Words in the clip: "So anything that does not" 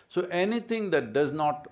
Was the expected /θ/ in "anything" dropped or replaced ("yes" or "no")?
yes